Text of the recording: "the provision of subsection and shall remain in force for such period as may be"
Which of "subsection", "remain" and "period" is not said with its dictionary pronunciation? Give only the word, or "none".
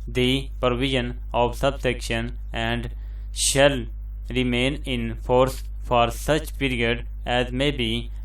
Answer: none